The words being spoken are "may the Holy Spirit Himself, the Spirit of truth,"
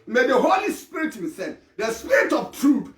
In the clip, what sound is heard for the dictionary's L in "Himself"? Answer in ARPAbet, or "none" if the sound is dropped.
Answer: none